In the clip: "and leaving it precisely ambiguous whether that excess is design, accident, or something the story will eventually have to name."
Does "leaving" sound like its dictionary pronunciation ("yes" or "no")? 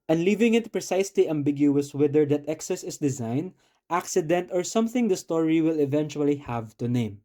yes